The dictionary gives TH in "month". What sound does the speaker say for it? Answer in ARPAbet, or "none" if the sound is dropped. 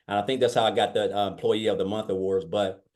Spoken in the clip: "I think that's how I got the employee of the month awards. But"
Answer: TH